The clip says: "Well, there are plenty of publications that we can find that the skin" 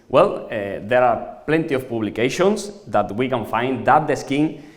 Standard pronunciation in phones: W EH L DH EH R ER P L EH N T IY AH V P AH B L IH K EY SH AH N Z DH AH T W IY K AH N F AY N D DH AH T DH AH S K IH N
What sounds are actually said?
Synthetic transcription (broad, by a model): W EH L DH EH R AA P L EH N T IY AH F P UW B L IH K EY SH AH N S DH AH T W IY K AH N F AY N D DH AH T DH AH S K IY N